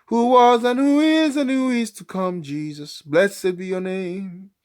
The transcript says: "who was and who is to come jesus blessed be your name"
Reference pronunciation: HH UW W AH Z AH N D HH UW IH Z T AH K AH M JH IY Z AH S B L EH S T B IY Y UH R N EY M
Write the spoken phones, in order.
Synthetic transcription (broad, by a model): HH UW W AH Z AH N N HH UW IH Z T AH K AH M JH IY Z AH S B L EH S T B IY Y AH R N EY M